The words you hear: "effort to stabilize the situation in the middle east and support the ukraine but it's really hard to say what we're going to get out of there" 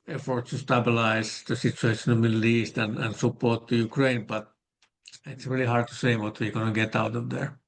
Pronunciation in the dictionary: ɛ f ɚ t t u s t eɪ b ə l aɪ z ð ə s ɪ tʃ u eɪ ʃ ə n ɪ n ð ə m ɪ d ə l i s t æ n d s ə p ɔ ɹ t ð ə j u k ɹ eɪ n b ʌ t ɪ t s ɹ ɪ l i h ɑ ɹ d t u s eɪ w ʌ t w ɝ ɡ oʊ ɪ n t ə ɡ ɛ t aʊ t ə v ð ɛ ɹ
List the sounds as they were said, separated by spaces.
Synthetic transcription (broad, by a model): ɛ f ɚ t t u s t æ b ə l aɪ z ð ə s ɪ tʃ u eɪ ə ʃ ɪ n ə m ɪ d l i s t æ n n s ə p ɔ ɹ t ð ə j u k ɹ eɪ n b ʌ t ɪ t s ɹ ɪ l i h ɑ ɹ d t u s eɪ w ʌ t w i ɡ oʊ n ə ɡ ɛ t aʊ t ə v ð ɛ ɹ